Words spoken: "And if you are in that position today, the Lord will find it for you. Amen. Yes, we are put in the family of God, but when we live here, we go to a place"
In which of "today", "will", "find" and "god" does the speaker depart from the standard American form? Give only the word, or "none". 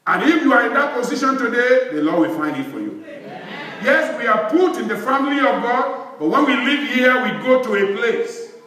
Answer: none